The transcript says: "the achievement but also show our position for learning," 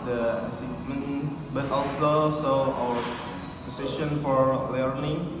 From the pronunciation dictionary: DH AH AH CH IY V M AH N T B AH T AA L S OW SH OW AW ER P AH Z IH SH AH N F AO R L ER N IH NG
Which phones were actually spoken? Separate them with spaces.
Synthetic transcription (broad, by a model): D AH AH S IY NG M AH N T B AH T AA L S OW S OW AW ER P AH S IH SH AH N F AO R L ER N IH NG